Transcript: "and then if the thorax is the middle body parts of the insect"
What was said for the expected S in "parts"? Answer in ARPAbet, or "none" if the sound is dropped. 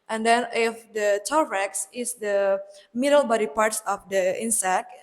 S